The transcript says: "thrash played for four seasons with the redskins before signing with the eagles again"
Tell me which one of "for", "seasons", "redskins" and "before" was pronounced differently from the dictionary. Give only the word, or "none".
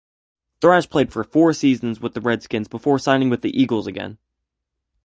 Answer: none